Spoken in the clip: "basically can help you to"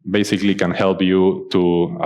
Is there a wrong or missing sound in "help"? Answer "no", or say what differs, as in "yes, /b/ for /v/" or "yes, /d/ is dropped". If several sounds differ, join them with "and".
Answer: no